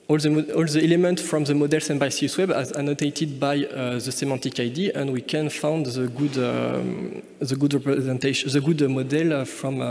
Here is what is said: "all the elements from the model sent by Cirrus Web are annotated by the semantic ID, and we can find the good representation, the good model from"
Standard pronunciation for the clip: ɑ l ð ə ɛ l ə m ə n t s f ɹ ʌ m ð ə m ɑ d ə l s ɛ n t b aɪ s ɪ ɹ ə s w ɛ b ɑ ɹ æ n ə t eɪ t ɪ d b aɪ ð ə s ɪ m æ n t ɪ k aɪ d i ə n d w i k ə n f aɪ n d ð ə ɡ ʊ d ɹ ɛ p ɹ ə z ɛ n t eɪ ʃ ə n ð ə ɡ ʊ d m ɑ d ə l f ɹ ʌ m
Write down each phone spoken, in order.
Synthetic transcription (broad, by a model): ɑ l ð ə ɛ l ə m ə n t f ɹ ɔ m ð ə m ɑ d ə l s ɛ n b aɪ s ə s w ɛ b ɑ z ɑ n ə t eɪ t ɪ d b aɪ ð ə s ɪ m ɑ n t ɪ k aɪ d i ə n d w i k ə n f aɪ n d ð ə ɡ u d ɹ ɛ p ɹ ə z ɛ n t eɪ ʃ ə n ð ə ɡ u d m ɑ d ə l f ɹ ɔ m